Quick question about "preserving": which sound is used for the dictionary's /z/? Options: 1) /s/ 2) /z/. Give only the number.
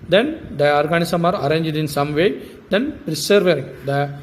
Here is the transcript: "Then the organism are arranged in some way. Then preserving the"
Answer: 1